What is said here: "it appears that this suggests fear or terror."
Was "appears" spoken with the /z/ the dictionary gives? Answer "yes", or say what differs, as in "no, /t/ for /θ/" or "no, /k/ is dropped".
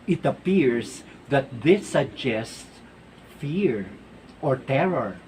no, /s/ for /z/